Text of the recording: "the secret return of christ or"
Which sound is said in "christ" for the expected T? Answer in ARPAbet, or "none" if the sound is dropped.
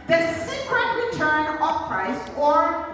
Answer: none